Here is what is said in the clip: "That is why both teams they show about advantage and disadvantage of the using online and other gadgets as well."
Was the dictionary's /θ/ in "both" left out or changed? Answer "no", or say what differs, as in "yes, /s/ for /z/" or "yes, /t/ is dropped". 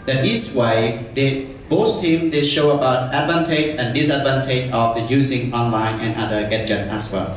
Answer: yes, /s/ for /θ/